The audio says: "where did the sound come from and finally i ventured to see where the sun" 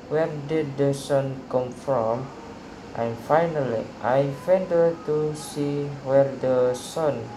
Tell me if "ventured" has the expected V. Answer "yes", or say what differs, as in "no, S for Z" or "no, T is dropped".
no, F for V